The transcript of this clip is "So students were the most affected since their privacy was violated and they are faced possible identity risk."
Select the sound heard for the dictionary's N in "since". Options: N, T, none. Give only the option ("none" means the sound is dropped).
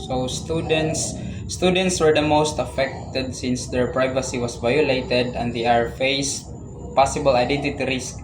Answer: N